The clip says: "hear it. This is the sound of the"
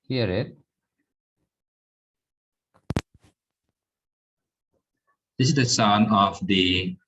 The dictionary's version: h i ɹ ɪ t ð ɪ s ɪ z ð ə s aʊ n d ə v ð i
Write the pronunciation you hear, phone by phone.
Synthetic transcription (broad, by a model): h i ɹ ɪ t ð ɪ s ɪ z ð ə s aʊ n ə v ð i